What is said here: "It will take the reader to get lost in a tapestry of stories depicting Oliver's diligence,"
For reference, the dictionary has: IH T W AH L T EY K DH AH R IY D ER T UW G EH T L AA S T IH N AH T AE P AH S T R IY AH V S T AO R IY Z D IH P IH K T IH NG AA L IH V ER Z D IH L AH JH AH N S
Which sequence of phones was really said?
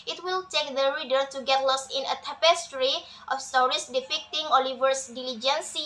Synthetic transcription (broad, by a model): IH T W AH L T EY K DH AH R IY D ER T UW G EH T L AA S IH N AH T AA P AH S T R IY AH F S T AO R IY S D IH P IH K T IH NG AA L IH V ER S D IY L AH JH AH N S